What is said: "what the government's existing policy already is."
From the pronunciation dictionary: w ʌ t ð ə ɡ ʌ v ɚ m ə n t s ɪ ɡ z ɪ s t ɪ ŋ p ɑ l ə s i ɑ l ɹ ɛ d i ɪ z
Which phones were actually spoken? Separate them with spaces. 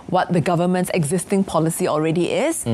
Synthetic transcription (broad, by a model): w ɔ t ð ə ɡ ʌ v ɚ m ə n t s ɪ ɡ z ɪ s t ɪ ŋ p ɑ l ə s i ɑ l ɹ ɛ d i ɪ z